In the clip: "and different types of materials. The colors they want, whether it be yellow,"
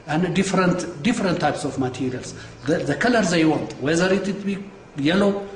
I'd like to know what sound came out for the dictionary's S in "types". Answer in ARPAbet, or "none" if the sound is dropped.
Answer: S